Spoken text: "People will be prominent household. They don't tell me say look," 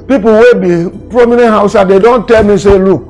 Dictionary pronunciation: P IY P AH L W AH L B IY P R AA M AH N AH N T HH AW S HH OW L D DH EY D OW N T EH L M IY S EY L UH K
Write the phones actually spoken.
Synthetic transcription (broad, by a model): P IY P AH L W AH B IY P R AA M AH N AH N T HH AW S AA D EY D OW N T EH L M IY S EY L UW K